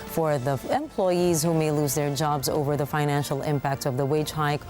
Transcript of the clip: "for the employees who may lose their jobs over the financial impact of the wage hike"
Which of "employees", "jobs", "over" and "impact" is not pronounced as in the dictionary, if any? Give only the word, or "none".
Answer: none